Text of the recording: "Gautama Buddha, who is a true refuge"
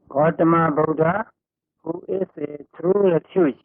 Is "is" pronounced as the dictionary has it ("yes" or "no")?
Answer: no